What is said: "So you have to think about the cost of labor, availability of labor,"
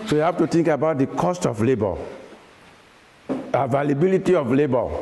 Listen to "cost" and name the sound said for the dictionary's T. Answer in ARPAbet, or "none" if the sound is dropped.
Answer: T